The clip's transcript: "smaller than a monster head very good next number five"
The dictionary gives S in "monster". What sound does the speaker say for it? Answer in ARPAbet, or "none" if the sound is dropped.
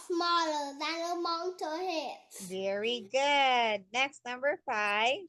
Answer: none